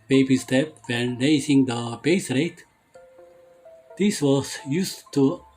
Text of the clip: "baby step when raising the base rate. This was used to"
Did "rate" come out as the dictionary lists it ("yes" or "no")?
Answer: yes